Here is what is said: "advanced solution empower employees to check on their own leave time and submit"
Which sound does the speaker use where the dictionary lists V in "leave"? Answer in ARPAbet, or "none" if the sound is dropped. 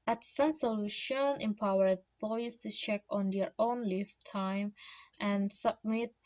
F